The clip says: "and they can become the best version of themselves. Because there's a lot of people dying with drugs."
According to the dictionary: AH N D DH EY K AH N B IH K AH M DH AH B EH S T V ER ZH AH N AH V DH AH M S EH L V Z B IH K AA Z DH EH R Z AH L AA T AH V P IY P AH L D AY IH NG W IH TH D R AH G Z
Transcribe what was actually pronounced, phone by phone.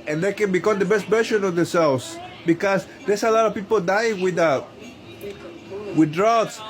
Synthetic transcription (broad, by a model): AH N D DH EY K AH N B IH K AH M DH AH B EH S T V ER SH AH N AH V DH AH S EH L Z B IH K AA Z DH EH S AH L AA T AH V P IY P AH L D AY IH NG W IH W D R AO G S